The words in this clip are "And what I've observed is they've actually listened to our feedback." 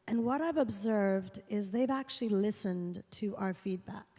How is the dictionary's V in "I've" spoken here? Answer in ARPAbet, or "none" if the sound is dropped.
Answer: V